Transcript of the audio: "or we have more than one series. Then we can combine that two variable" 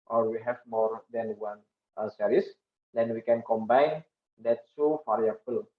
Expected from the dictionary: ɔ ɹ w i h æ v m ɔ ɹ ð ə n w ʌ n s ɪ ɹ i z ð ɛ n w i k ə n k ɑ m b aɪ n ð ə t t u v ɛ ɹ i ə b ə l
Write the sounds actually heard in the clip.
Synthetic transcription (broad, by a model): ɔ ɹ w i h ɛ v m ɔ ɹ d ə n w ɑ n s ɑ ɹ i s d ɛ n w i k ə n k ɑ m b aɪ n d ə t s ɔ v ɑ ɹ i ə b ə l